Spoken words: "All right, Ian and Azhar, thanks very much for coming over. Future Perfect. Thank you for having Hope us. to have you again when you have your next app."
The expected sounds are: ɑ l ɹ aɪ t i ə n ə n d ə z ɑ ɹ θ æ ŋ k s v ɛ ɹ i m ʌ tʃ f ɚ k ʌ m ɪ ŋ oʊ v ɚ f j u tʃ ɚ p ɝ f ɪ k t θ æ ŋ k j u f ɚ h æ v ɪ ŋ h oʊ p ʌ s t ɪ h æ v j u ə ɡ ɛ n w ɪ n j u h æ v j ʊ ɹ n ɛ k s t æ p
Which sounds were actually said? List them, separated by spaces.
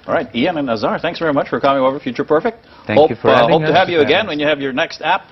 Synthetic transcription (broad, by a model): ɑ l ɹ aɪ t i ə n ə n ə z ɑ ɹ θ æ ŋ k s v ɛ ɹ i m ʌ tʃ f ɚ k ʌ m ɪ ŋ oʊ v ɚ f j u tʃ ɚ p ɝ f ɪ k t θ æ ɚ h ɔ ɪ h oʊ ʊ t ɪ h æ v j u ə ɡ ɛ n w ɪ n j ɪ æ v j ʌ ɹ n ɛ k s t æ p